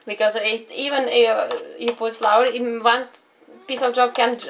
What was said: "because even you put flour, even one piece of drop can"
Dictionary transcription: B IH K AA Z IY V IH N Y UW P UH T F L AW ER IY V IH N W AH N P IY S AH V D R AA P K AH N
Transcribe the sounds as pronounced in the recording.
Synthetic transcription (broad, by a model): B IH K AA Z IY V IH N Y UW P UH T F L AW ER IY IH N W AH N P IY S AH V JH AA B K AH N